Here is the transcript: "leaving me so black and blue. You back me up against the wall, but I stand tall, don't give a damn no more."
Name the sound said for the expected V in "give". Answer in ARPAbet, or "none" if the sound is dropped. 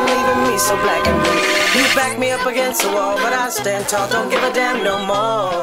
V